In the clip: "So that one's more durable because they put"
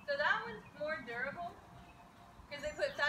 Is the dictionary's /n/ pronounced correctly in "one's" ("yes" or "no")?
no